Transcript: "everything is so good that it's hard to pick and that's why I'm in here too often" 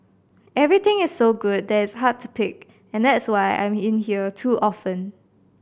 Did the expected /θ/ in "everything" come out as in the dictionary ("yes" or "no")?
no